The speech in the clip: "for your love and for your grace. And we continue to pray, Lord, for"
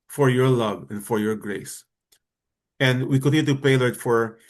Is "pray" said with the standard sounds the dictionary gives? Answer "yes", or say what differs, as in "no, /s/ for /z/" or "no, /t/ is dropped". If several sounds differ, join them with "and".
no, /ɹ/ is dropped